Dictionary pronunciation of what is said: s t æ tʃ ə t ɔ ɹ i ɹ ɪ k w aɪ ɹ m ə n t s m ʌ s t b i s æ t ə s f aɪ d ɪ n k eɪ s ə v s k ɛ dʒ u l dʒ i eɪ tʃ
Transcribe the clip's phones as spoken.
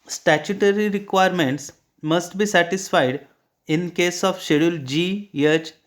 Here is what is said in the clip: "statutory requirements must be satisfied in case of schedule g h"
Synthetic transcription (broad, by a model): s t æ tʃ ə t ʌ ɹ i ɹ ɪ k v aɪ ɹ m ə n t s m ʌ s t b i s æ t ə s f aɪ d ɪ n k eɪ s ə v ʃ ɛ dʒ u l dʒ i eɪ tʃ